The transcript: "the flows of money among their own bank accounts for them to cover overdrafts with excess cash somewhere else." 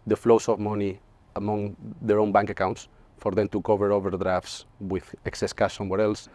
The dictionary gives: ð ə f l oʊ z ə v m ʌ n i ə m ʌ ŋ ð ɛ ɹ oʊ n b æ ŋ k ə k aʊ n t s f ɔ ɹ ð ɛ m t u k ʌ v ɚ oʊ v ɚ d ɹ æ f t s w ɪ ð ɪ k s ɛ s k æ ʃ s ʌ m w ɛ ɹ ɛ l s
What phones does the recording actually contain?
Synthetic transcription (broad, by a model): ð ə f l oʊ s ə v m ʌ n i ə m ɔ ŋ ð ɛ ɹ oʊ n b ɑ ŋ k ə k aʊ n t s f ɔ ɹ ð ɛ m t u k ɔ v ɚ oʊ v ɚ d ɹ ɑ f t s w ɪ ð ɪ k s ɛ s k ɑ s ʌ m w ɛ ɹ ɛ l s